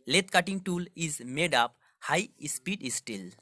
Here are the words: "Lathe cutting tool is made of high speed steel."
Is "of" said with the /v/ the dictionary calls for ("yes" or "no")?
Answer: no